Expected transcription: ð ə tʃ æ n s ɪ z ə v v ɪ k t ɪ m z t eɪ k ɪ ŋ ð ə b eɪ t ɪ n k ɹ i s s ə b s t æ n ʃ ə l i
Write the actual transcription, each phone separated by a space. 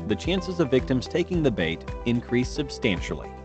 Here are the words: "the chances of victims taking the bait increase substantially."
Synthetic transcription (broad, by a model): ð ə tʃ æ n s ɪ z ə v v ɪ k t ɪ m z t eɪ k ɪ ŋ ð ə b eɪ t ɪ n k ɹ i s s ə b s t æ n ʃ l i